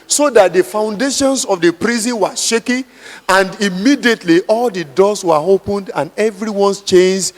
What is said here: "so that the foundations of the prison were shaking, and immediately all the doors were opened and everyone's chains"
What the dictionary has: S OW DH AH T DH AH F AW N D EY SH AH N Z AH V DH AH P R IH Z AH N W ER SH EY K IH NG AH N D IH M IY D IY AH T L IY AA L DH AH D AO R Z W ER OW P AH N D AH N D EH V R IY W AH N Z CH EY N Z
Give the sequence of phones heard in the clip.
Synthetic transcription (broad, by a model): S OW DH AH T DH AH F AW N D EY SH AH N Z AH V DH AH P R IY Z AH N W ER SH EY K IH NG AH N D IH M IY D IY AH T L IY AA L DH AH D AO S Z W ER OW P AH N D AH N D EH V R IY W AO N S CH EY N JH